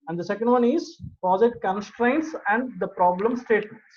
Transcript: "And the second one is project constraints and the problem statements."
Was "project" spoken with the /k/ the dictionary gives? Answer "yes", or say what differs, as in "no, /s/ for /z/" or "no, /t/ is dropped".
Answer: no, /k/ is dropped